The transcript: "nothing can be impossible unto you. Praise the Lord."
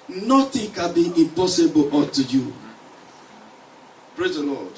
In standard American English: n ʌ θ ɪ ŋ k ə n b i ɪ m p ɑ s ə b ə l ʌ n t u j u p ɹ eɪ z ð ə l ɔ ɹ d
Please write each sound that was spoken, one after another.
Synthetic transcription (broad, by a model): n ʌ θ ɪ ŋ k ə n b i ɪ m p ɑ s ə b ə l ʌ t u j u p ɹ eɪ z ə l ɔ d